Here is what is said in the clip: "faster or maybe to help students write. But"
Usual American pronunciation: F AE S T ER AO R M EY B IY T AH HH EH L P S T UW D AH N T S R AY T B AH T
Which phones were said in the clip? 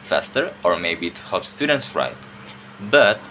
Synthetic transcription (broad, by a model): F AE S T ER AO R M EY B IY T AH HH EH P S T UW D AH N T S R AY T B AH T